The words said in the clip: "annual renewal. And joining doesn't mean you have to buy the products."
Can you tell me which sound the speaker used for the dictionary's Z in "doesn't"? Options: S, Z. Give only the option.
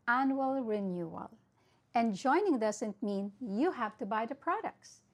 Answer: S